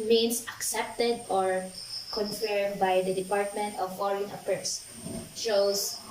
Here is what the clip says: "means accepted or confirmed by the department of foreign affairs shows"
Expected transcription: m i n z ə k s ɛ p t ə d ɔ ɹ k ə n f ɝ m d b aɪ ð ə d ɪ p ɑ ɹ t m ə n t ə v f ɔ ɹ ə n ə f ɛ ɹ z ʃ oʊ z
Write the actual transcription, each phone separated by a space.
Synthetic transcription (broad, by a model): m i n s ə k s ɛ p t ə d ɔ ɹ k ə n f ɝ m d b aɪ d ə d ɪ p ɑ ɹ t m ə n t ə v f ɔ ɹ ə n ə p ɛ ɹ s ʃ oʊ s